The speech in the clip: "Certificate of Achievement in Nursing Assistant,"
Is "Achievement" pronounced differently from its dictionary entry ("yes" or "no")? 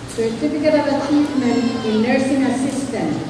yes